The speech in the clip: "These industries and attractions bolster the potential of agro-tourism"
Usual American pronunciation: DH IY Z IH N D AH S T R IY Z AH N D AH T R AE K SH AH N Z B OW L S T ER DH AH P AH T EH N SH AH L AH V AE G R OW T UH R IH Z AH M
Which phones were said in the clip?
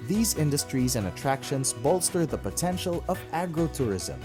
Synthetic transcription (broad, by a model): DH IY Z IH N D AH S T R IY Z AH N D AH T R AE K SH AH N Z B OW L S T ER DH AH P AH T EH N SH AH L AH V AE G R OW T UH R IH Z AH M